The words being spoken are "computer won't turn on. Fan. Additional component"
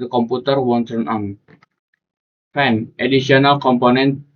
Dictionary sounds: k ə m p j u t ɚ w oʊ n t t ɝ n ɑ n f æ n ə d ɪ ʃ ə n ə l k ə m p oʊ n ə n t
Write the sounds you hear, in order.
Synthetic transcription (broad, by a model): k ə m p u t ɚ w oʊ n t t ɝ n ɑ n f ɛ n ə d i s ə n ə l k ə m p oʊ n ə n t